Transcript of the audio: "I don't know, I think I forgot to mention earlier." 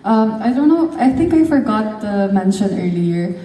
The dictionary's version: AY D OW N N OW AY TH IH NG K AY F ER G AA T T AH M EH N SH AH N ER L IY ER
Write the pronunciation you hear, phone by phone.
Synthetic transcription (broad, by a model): AY D OW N N OW AY T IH NG K AY F ER G AA T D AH M EH N SH AH N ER L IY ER